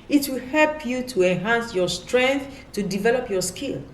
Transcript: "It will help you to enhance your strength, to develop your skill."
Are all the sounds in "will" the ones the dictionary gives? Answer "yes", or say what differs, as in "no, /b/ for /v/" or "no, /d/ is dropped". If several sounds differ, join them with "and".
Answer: yes